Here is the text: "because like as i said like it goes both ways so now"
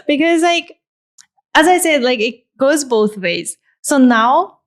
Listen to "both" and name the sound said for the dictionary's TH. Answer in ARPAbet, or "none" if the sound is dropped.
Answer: TH